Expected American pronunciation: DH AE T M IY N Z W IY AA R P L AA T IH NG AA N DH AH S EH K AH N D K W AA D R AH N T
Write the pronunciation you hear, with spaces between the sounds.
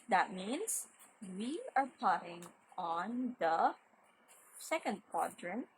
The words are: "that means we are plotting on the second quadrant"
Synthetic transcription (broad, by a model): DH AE T M IY N S W IY AA R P AA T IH NG AA N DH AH S EH K AH N D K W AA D R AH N